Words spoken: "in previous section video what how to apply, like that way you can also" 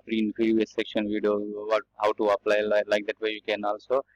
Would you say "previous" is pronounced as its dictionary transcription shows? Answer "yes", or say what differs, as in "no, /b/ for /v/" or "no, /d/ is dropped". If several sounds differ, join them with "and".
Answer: no, /f/ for /v/